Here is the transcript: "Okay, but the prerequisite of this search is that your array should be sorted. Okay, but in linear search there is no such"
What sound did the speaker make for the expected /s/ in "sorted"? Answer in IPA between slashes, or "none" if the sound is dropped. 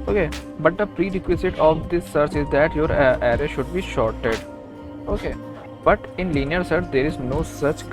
/ʃ/